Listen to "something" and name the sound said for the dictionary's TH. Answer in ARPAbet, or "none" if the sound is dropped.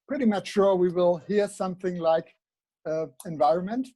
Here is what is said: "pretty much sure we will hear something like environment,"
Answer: TH